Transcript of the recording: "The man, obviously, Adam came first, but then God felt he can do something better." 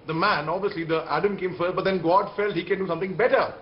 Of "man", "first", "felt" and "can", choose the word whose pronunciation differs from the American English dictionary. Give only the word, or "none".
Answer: first